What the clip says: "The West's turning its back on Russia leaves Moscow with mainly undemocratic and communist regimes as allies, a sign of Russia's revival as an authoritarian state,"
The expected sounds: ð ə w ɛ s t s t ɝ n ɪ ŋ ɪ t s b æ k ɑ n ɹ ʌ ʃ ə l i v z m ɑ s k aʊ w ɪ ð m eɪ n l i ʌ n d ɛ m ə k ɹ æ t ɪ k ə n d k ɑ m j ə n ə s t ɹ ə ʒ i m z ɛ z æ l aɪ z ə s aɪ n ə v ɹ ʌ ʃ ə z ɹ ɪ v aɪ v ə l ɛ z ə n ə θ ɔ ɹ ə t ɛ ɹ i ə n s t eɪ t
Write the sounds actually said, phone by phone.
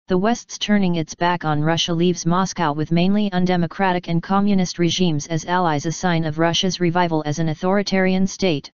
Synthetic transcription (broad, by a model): ð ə w ɛ s t s t ɝ n ɪ ŋ ɪ t s b æ k n ɹ ʌ ʃ ə l i v z m ɑ s k aʊ w ɪ ð m eɪ n l i ʌ n d ɛ m ə k ɹ æ t ɪ k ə n k ɑ m j ə n ə s t ɹ ə ʒ i m z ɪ z æ l aɪ z ə s aɪ n ə v ɹ ʌ ʃ ə z ɹ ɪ v aɪ v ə l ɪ z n ə θ ɔ ɹ ə t ɛ ɹ i ə n s t eɪ t